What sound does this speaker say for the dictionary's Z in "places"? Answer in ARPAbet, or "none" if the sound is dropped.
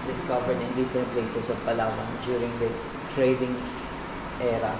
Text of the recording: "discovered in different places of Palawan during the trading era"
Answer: S